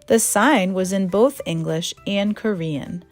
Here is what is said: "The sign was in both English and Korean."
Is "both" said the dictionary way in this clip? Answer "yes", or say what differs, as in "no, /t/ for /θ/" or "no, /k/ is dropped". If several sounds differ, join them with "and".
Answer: yes